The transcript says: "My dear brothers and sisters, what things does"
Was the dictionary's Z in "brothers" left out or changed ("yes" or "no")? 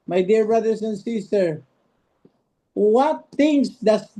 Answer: yes